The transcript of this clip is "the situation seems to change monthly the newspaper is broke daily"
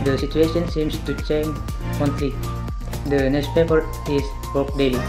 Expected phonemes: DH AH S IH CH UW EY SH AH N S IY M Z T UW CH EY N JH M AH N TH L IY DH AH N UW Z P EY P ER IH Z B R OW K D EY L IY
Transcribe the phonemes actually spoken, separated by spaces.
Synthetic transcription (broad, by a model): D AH S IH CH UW EY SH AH N S IY M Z T UW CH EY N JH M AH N T L IY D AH N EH S P EY P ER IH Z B OW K D EY L IY